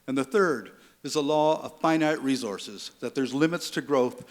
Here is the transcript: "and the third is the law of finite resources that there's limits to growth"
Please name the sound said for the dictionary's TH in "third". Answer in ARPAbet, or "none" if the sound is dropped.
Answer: TH